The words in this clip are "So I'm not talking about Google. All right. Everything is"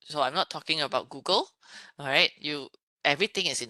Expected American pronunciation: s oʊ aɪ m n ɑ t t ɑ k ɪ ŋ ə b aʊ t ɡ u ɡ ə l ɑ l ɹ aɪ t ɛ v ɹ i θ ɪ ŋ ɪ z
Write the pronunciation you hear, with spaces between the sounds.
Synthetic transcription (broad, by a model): s oʊ aɪ m n ɑ t t ɑ k ɪ ŋ ə b aʊ t ɡ u ɡ ə l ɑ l ɹ aɪ t ɛ v ɹ i t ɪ ŋ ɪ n